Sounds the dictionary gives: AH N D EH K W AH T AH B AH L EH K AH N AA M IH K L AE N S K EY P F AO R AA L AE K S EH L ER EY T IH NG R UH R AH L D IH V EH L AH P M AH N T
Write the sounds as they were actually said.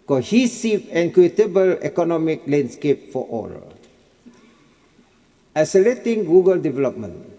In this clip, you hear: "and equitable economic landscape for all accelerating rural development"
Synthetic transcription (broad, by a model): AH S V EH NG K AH T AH B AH L EH K AH N AA M IH K L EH N S K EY P F AO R AA L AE S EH L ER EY T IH NG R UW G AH L D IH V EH L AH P M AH N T